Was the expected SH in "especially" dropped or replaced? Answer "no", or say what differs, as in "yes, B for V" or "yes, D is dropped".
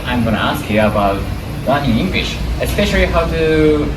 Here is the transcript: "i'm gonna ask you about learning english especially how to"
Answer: no